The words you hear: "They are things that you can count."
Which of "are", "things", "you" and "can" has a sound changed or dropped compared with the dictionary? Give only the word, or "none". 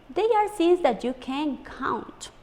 things